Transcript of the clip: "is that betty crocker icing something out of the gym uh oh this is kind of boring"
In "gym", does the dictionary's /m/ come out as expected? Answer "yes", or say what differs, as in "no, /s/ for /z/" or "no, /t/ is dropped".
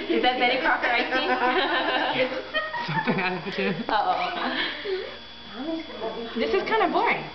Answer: no, /m/ is dropped